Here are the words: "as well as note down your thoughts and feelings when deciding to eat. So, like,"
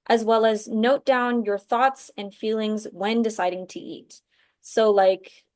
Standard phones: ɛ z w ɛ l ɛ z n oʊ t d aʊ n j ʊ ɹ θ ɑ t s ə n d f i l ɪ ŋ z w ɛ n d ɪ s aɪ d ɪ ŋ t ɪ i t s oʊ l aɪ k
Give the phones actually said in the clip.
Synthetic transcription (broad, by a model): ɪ z w ɛ l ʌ z n oʊ t d aʊ n j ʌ ɹ θ ɑ t s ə n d f i l ɪ ŋ z w ɛ n d ɪ s aɪ d ɪ ŋ t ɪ i t s oʊ l aɪ k